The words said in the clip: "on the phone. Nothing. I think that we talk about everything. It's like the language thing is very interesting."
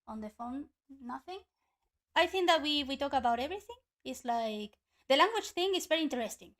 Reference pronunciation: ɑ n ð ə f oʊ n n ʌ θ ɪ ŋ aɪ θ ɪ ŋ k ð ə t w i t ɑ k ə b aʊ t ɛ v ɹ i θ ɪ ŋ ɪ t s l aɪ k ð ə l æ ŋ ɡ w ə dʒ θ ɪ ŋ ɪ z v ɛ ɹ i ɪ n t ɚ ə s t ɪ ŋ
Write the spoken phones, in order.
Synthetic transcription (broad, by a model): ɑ n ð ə f oʊ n n ʌ θ ɪ ŋ aɪ θ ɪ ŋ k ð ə t w i t ɑ k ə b aʊ t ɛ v ɹ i θ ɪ ŋ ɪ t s l aɪ k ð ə l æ ŋ ɡ w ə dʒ θ ɪ ŋ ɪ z v ɛ ɹ i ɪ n t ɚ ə s t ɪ ŋ